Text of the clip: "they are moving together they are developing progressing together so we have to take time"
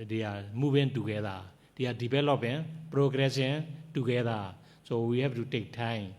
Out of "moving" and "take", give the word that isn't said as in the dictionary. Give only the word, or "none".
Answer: moving